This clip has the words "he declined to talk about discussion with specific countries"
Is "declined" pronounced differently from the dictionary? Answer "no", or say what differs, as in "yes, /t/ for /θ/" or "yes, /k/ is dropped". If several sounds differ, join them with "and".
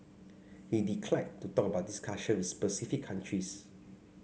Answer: yes, /n/ is dropped